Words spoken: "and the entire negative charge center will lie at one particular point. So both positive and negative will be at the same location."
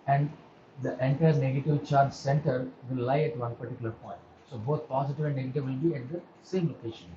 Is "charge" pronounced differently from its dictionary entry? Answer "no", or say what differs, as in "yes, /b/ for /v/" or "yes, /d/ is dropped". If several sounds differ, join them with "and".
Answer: no